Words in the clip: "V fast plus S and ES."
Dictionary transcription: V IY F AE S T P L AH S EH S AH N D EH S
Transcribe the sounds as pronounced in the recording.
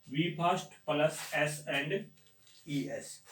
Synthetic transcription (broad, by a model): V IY P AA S T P L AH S EH S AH N D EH S